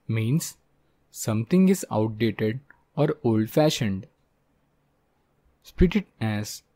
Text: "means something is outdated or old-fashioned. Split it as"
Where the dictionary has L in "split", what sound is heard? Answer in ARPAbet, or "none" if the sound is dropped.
none